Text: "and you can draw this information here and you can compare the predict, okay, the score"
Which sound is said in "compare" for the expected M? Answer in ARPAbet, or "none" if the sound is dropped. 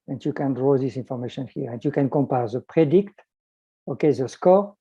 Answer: M